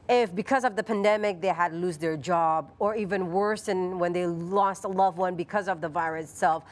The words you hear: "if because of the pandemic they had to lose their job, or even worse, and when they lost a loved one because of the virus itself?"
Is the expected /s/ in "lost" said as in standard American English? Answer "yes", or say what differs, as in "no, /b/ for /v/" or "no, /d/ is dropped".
yes